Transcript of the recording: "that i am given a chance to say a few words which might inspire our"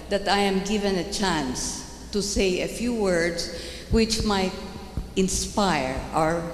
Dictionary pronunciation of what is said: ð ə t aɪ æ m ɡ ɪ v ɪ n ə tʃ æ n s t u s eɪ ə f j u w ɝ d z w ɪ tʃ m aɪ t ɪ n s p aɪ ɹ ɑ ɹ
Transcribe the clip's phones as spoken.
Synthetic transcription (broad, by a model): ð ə t aɪ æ m ɡ ɪ v ɪ n ə tʃ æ n s t u s eɪ ə f j u w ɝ d s w ɪ tʃ m aɪ t ɪ n s p aɪ ɹ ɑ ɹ